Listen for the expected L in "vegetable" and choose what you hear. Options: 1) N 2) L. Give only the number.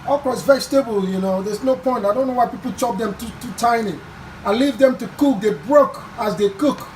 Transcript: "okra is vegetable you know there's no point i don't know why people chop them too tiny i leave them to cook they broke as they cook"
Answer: 2